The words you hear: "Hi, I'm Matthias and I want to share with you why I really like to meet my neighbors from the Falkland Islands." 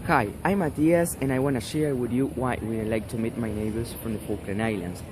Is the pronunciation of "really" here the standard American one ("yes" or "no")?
no